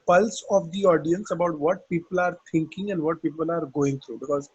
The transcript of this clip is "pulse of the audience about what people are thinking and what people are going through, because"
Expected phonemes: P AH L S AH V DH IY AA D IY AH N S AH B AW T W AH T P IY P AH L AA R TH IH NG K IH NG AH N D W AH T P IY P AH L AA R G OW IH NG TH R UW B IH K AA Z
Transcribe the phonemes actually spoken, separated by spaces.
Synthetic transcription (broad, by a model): P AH L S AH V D IY AA D IY AH N S AH B AW T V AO T P IY P AH L AA R T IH NG K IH NG AH N D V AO T P IY P AH L AA R G OW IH NG T R UW B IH K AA Z